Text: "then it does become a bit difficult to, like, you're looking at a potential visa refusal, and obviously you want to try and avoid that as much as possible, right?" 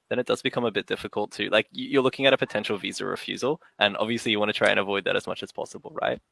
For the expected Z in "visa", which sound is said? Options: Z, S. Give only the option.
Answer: Z